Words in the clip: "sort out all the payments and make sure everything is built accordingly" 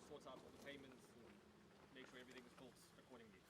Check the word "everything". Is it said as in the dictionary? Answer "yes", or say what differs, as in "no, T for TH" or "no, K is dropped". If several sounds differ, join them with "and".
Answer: yes